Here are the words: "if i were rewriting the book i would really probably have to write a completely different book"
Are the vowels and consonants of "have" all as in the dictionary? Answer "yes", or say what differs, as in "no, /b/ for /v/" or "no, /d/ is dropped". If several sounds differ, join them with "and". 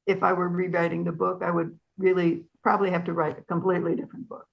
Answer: no, /f/ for /v/